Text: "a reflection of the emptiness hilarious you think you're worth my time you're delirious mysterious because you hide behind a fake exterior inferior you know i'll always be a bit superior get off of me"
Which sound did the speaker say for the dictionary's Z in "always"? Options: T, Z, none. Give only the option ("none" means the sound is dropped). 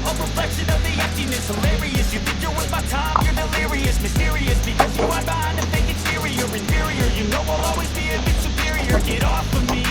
Z